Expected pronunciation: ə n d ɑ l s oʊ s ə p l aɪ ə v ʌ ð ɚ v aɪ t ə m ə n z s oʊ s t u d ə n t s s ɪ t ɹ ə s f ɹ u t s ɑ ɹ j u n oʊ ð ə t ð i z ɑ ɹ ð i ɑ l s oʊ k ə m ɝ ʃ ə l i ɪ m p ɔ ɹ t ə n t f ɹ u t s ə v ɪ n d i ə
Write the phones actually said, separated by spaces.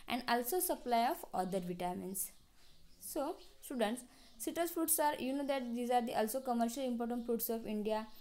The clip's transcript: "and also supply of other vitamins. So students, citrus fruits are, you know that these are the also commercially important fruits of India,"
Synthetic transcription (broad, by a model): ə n d ɑ l s oʊ s ə p l aɪ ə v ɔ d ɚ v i t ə m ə n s s oʊ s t u d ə n t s s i t ə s f ɹ u t s ɑ ɹ j u n oʊ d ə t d i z ɑ ɹ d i ɑ l s oʊ k ə m ɝ ʃ ə l i m p ɔ ɹ t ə n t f ɹ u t s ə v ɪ n d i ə